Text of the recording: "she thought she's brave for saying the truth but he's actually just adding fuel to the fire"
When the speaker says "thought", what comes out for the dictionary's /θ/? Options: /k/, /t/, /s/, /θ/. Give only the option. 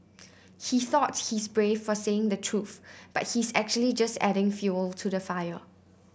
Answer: /θ/